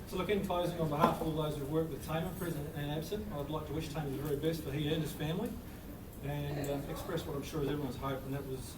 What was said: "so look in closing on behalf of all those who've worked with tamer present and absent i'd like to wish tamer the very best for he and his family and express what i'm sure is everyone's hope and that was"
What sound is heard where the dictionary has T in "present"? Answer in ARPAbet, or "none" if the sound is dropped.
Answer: none